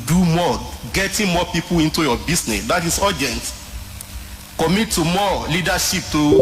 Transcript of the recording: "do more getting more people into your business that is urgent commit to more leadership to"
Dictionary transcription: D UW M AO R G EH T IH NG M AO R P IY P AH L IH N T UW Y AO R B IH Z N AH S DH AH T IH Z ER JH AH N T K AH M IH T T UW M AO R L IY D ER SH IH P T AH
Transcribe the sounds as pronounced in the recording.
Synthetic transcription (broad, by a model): D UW M AO G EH T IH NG M AO P IY P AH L IH N T UW Y AO B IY S N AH S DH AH T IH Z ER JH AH N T K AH M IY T T UW M AO L IY D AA SH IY P T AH